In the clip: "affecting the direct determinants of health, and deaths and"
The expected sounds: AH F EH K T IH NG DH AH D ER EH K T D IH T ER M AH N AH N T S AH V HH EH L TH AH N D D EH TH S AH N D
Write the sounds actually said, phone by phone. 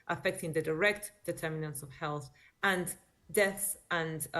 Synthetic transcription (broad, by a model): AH F EH K T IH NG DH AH D ER EH K T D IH T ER M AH N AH N S AH V HH EH L TH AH N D D EH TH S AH N